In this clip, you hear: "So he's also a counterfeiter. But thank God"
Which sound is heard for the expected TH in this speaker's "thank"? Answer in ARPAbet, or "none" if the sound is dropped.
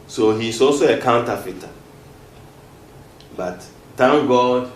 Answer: T